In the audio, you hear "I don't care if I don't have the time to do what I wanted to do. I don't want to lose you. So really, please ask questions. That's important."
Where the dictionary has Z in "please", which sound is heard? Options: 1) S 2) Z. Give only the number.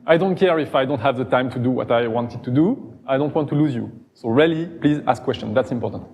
2